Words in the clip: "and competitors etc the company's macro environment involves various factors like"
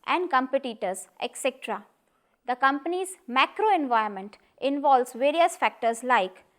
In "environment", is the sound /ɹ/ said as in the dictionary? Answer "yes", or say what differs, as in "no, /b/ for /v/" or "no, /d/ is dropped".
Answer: no, /ɹ/ is dropped